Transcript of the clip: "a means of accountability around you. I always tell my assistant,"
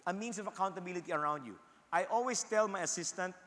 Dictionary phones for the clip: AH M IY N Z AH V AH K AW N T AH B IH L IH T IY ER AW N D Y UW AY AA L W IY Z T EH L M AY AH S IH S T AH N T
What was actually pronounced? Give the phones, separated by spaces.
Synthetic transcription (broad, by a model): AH M IY N S AH V AH K AW N T AH B IH L IH T IY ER AW N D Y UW AY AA L W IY S T EH L M AY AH S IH S T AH N T